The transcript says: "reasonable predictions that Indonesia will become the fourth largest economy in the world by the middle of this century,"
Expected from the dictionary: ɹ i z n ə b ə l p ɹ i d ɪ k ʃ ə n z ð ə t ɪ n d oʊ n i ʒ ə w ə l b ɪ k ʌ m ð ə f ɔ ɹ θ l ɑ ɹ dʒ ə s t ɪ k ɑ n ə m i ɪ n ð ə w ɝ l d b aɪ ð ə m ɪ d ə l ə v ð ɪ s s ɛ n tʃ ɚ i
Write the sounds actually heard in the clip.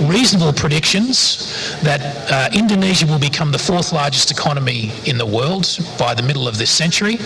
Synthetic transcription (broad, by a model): ɹ i z n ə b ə l p ɹ i d ɪ k ʃ ə n z ð ə t ɪ n d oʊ n i ʒ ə w ə l b ɪ k ʌ m ð ə f ɔ ɹ θ l ɑ ɹ dʒ ə s t ɪ k ɑ n ə m i ɪ n ð ə w ɝ l d b aɪ ð ə m ɪ d l ə v ð ɪ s s ɛ n tʃ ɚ i